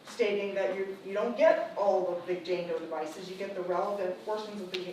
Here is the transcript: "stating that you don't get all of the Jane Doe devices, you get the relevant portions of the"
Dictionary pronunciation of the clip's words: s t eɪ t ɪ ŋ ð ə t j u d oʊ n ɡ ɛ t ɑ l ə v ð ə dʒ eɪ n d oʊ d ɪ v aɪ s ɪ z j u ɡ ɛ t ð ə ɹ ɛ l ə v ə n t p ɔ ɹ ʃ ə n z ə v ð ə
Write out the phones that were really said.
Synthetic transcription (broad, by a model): s t eɪ t ɪ ŋ ð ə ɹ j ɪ d oʊ n ɡ ɛ t ɑ l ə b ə dʒ eɪ n d oʊ d ɪ v aɪ s ɪ z j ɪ ɡ ɛ t ð ə ɹ ɛ l ə v ə n t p ɔ ɹ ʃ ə n z ə v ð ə